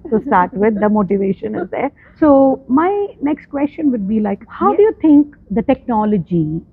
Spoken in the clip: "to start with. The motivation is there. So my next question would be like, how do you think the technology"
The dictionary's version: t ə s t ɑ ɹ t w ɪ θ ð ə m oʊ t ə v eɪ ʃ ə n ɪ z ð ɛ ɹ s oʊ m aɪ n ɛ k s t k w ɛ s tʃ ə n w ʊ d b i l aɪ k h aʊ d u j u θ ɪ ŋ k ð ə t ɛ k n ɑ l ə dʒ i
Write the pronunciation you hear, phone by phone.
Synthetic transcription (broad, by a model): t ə s t ɑ ɹ t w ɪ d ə m oʊ t ə v eɪ ʃ ə n ɪ z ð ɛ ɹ s oʊ m aɪ n ɛ k s t k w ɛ s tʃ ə n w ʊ d b i l aɪ k h aʊ d u j u t ɪ ŋ k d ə t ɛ k n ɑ l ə dʒ i